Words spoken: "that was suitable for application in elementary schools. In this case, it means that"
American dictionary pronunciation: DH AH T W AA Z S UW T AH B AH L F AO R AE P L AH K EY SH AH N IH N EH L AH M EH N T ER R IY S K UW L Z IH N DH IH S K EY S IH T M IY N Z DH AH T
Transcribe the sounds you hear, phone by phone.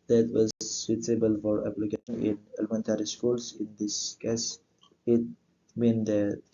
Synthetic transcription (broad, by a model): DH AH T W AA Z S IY S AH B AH L F AO R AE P L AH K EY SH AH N IH N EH L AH M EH N T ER R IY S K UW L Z IH N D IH S K EY S IH T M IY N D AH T